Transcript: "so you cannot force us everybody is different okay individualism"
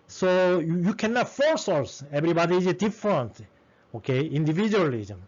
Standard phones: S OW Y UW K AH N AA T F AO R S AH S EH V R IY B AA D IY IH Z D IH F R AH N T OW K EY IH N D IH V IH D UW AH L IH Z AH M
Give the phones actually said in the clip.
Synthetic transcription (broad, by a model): S OW Y UW K AH N AA T F AO R S AH S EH B R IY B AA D IY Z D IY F R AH N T OW K EY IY N D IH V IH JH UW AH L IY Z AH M